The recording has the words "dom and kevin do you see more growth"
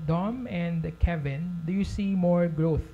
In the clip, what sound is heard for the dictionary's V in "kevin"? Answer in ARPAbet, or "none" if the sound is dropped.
V